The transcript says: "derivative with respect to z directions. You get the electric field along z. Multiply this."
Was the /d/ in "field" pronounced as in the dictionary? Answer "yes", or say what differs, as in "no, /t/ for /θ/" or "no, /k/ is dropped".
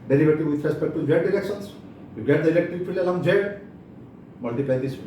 no, /d/ is dropped